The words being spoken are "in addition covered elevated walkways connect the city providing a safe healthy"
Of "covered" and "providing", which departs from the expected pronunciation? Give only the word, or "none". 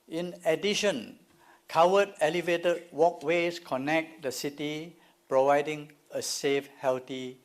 covered